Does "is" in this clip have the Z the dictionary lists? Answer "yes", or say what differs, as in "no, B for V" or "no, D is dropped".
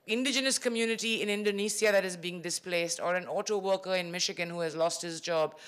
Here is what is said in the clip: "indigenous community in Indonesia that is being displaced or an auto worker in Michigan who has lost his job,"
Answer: yes